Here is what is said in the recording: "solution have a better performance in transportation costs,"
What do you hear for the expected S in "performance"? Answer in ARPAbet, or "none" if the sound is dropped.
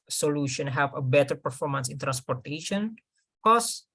S